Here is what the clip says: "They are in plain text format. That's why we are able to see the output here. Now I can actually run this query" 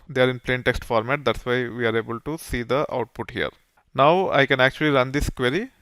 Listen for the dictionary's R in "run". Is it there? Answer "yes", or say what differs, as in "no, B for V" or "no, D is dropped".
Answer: yes